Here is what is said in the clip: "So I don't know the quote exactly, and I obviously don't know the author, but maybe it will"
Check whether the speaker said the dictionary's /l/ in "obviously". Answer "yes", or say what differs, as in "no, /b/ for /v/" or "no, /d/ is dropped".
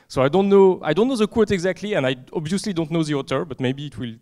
yes